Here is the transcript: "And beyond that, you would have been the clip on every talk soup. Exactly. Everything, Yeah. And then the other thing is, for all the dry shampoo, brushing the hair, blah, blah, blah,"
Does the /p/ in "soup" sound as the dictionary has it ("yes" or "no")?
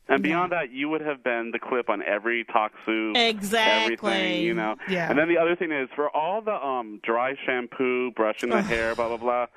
no